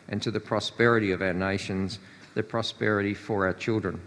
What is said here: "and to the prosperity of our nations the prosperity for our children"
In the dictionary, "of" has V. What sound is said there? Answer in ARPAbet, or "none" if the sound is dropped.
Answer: V